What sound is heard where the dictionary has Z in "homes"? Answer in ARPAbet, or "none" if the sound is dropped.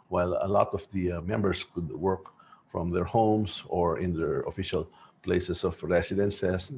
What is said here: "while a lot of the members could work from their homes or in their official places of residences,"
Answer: S